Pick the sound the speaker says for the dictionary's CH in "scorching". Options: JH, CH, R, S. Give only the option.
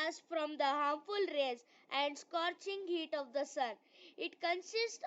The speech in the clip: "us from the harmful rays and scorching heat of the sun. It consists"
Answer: CH